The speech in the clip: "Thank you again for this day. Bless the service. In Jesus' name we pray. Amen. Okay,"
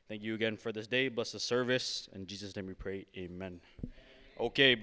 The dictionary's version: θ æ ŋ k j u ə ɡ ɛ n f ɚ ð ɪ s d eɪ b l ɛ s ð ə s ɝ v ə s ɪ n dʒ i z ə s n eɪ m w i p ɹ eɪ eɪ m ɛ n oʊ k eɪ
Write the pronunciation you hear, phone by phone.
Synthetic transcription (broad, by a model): θ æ ŋ k j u ə ɡ ɛ n f ɚ ð ɪ s d eɪ b l ɛ s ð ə s ɝ v ə s ɪ n dʒ i z ə s n eɪ m w i p ɹ eɪ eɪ m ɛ n oʊ k eɪ